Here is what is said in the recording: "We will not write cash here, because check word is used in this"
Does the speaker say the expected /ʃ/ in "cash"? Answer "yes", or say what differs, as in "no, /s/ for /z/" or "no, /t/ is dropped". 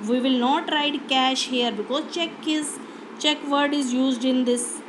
yes